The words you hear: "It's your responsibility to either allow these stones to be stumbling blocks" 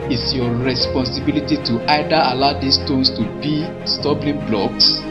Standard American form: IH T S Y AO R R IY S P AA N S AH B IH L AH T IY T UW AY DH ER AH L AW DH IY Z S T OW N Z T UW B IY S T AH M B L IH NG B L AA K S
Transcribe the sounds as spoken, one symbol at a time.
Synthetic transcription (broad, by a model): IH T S Y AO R R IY S P AA N S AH B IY L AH T IY T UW AY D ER AH L AW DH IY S T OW N S T UW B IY S T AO B L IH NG B L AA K S